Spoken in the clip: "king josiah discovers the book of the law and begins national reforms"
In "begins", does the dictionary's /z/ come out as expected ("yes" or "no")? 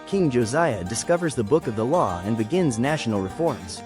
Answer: yes